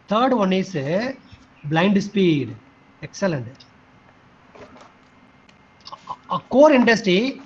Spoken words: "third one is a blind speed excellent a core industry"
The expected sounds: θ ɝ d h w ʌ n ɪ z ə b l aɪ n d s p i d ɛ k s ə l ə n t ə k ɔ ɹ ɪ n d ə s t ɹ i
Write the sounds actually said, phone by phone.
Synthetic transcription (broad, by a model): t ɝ d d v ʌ n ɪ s b l aɪ n d s p i d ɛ k s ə l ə n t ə k ɔ ɹ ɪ n d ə s t ɹ i